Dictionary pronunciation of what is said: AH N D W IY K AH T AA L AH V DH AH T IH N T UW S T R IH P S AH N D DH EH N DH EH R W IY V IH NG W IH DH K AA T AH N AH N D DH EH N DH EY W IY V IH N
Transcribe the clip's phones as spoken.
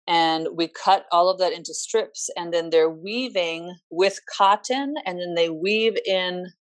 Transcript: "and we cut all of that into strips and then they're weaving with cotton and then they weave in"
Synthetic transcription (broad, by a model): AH N W IY K AH T AA L AH V DH AH T IH N T UW S T R IH P S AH N DH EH N DH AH R W IY V IH NG W IH DH K AA T AH N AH N DH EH N DH EY W IY V IH N